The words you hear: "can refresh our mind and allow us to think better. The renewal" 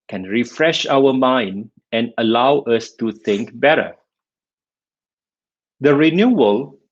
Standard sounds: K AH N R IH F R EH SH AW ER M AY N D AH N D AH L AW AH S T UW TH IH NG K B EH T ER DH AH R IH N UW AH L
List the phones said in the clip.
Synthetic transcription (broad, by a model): K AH N R IH F R EH SH AW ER M AY N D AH N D AH L AW AH S T UW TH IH NG K B EH T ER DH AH R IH N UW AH L